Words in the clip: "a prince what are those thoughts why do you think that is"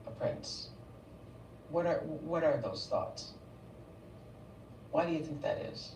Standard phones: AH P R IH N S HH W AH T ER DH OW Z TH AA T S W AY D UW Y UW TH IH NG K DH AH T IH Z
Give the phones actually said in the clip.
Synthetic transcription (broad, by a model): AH P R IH N S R W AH T ER DH OW Z TH AA T S W AY D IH Y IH TH IH NG K DH AH T IH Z